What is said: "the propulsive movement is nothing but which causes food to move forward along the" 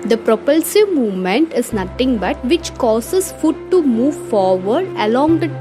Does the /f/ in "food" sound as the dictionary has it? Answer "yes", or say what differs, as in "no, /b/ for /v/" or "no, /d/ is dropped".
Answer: yes